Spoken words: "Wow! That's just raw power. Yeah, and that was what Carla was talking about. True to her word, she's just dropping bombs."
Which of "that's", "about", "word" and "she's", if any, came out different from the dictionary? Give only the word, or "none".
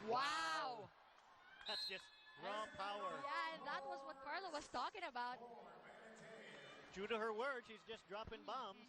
none